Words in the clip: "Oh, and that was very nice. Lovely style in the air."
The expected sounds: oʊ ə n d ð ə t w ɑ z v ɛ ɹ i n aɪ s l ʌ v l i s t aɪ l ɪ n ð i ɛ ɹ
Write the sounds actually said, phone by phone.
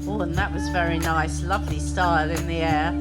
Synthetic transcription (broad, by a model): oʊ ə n ð ə t w ɑ z v ɛ ɹ i n aɪ s l ʌ v l i s t aɪ l ɪ n ð i ɛ